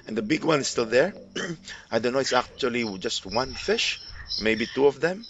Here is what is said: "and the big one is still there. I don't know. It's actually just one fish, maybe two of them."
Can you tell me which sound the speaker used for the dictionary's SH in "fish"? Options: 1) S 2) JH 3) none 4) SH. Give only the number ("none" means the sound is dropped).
4